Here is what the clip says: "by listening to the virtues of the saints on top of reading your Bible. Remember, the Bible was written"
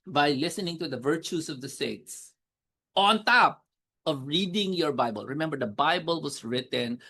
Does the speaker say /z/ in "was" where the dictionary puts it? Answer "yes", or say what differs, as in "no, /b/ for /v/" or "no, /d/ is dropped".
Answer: no, /s/ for /z/